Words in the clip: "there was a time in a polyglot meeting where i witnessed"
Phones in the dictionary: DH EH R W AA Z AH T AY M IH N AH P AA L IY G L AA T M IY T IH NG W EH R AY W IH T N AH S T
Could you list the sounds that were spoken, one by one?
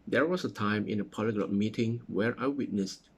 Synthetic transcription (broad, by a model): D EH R W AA S AH T AY M IH N AH P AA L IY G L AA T M IY T IH NG W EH R AY W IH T N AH S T